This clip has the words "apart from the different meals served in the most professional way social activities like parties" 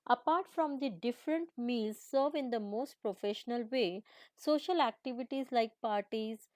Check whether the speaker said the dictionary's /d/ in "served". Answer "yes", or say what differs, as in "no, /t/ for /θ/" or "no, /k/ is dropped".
no, /d/ is dropped